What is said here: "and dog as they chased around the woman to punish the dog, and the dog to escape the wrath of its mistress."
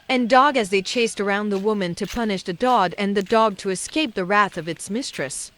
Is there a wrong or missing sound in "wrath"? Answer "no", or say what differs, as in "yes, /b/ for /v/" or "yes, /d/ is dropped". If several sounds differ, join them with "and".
no